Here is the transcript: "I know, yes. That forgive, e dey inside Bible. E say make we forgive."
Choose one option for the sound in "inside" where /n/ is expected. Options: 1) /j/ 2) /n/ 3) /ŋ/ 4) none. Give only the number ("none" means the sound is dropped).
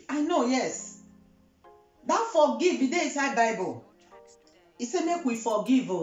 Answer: 4